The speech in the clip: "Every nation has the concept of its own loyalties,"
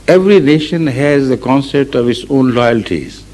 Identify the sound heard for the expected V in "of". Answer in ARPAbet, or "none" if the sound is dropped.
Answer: V